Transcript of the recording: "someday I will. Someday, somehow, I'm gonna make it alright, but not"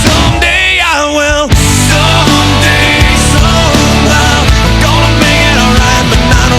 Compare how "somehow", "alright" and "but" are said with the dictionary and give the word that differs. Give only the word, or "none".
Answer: somehow